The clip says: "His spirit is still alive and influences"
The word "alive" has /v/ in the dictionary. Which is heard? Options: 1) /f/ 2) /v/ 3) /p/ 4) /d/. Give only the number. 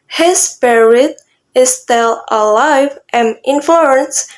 2